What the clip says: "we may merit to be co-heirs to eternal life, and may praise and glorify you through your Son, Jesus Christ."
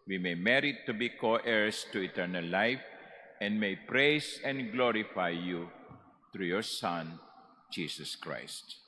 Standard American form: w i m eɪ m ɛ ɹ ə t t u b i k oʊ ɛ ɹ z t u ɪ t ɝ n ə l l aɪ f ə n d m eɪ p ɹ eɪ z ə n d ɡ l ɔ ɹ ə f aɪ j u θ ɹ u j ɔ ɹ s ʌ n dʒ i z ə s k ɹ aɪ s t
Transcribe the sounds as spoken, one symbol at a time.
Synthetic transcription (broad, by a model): w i m eɪ m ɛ ɹ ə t t u b i k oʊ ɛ ɹ s t u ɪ t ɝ n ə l l aɪ f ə n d m eɪ p ɹ eɪ s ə n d ɡ l ɔ ɹ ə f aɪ j u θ ɹ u j ɔ ɹ s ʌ n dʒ i s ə s k ɹ aɪ s t